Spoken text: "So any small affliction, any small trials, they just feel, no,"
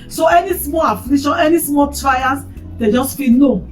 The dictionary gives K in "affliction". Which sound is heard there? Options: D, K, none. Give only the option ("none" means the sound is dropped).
none